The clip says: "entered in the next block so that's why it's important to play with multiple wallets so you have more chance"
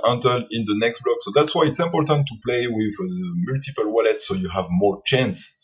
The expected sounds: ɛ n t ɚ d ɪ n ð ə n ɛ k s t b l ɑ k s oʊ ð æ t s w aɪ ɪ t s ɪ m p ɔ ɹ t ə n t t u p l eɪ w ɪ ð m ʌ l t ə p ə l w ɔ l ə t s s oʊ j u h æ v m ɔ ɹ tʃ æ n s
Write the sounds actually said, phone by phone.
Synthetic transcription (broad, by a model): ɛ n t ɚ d ɪ n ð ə n ɛ k s t b l ɑ k s oʊ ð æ t s w aɪ ɪ t s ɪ m p ɔ ɹ t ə n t t u p l eɪ w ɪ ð m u l t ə p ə l w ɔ l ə t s s oʊ j u h æ v m ɔ ɹ tʃ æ n s